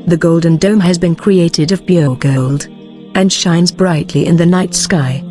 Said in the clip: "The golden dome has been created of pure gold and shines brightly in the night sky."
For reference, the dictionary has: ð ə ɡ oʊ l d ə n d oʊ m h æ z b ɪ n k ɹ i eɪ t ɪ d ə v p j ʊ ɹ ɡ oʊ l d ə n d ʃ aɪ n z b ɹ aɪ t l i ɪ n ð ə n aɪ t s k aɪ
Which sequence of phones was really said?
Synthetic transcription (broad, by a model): ð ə ɡ oʊ l d n d oʊ m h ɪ z b ɪ n k ɹ i eɪ t ɪ d ə v b j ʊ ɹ ɡ oʊ l d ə n ʃ aɪ n z b ɹ aɪ t l i ɪ n ð ə n aɪ t s k aɪ